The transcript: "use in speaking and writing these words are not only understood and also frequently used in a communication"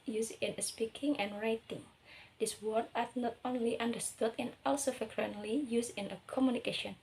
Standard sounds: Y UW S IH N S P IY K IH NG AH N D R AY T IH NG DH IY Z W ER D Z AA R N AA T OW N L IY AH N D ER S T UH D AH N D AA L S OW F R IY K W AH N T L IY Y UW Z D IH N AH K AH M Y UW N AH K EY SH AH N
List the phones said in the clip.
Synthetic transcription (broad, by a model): Y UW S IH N S P IY K IH NG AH N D R AY T IH NG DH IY S W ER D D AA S N AA T OW N L IY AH N D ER S T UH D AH N AA L S OW F R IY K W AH N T L IY Y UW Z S IH N AH K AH M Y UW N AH K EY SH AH N